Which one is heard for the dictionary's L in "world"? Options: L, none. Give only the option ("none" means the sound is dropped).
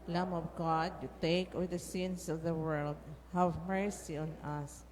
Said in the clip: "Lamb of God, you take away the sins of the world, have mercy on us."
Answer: L